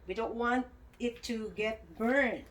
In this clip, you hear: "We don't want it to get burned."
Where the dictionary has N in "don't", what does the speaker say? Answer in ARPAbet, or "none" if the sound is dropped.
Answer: N